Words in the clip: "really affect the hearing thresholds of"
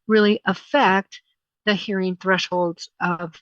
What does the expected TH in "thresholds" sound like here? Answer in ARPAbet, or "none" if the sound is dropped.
TH